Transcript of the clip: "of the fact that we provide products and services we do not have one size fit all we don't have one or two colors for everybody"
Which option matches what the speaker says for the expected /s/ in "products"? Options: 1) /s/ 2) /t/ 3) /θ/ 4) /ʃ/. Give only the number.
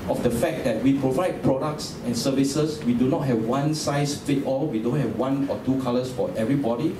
1